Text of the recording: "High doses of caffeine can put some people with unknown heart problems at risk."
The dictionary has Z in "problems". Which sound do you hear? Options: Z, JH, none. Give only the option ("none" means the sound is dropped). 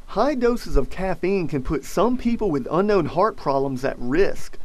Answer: Z